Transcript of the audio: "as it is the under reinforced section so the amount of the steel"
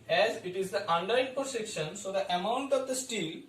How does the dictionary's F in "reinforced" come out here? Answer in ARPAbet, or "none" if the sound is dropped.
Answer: P